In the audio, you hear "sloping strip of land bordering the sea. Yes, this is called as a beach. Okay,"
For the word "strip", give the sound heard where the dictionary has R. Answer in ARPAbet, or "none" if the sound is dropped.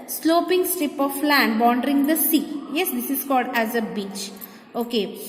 R